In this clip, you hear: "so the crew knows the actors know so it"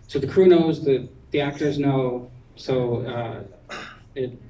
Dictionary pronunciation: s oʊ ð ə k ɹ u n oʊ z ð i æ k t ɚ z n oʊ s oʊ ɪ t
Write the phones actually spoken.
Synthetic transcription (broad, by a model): s oʊ ð ə k ɹ u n oʊ z ð i æ k t ɚ z n oʊ s oʊ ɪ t